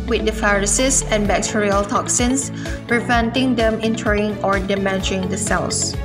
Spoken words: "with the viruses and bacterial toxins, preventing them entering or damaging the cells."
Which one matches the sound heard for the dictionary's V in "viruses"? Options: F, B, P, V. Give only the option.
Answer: F